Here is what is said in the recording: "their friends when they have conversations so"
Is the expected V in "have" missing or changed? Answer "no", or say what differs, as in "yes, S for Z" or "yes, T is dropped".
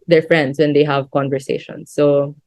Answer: no